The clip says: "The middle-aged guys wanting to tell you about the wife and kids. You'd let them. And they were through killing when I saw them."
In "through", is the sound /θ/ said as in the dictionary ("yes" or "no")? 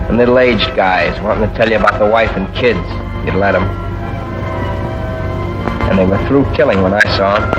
yes